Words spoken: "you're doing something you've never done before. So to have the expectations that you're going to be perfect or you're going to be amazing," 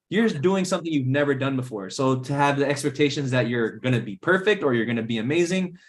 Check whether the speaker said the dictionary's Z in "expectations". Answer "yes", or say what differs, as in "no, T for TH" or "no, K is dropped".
yes